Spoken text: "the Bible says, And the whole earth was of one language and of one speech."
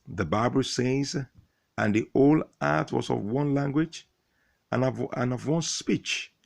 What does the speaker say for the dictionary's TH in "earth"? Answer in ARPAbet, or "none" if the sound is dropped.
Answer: T